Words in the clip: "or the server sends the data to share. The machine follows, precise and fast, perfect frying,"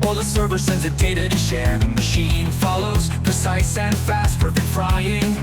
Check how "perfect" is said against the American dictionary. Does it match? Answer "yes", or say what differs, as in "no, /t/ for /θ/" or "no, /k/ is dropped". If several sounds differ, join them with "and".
no, /f/ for /p/